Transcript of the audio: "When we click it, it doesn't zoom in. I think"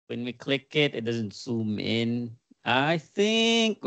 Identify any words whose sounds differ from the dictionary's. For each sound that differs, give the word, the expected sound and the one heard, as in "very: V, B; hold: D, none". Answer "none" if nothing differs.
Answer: zoom: Z, S